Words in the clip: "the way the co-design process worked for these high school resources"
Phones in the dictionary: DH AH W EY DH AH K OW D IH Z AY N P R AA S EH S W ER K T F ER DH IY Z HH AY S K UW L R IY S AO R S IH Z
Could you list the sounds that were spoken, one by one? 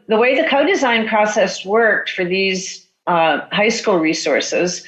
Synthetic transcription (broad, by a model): DH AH W EY DH AH K OW D IH Z AY N P R AA S EH S W ER K T F ER DH IY Z HH AY S K UW L R IY S AO R S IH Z